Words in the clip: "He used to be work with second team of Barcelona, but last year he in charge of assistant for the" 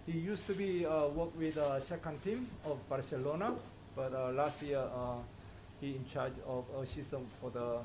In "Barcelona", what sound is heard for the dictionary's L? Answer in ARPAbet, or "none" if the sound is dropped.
L